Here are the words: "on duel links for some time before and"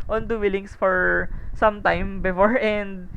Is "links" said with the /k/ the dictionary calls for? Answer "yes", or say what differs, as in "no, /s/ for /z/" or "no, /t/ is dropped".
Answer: no, /k/ is dropped